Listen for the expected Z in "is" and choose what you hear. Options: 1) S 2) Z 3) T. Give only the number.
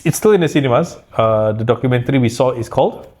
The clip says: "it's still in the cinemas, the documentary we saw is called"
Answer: 1